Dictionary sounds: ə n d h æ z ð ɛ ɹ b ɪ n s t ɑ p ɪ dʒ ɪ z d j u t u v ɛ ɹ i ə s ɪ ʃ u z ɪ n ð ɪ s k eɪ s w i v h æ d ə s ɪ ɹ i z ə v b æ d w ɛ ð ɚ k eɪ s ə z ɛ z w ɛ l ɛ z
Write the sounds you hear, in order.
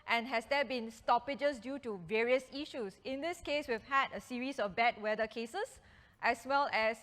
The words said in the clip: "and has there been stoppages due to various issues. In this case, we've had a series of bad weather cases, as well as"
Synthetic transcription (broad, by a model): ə n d h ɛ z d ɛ b ɪ n s t ɑ p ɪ dʒ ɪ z d j u t u v ɛ ɹ i ə s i ʃ u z ɪ n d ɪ s k eɪ s w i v h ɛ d ə s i ɹ i s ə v b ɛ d w ɛ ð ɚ k eɪ s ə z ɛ s w ɛ l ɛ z